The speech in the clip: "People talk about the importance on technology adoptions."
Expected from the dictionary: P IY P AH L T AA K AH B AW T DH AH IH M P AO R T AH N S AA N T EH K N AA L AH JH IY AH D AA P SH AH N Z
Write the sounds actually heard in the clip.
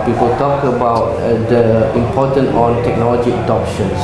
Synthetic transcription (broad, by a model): P IY P AH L T AA K AH B AW T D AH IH M P AO T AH N AA N T EH K N AA L AH JH IY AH D AA P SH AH N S